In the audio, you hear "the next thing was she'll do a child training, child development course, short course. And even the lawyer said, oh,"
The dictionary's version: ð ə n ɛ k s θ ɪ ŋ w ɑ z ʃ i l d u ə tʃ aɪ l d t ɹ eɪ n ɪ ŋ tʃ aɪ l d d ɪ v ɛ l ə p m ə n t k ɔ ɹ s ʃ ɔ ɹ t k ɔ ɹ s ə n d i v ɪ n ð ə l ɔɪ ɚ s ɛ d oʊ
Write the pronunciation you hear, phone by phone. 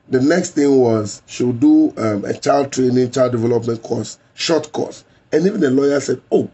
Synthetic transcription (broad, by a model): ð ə n ɛ k s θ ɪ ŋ w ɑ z ʃ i w d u ə tʃ aɪ l d t ɹ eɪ n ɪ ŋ tʃ aɪ l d d ɪ v ɛ l ə p m ə n t k ɔ s ʃ ɔ t k ɔ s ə n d i v ɪ n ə l ɔɪ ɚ s ɛ d oʊ